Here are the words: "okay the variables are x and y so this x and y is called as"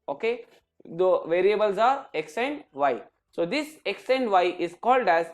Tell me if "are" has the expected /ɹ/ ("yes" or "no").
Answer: yes